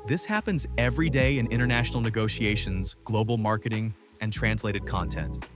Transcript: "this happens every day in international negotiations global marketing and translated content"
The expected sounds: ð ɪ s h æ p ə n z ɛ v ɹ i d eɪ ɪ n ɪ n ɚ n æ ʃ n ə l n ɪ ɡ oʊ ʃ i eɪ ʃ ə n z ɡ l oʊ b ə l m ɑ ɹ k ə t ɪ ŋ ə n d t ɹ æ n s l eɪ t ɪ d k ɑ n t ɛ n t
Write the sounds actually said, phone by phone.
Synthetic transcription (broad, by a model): ð ɪ s h æ p ə n z ɛ v ɹ i d eɪ ɪ n ɪ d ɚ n æ ʃ n l n ɪ ɡ oʊ ʃ i eɪ ʃ ə n z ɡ l oʊ b l m ɑ ɹ k ə t ɪ ŋ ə n t ɹ æ n s l eɪ t ɪ d k ɑ n t ɛ n t